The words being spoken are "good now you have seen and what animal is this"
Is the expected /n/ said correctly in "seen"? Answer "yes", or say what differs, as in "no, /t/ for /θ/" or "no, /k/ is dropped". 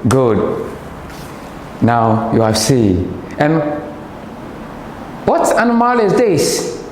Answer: no, /n/ is dropped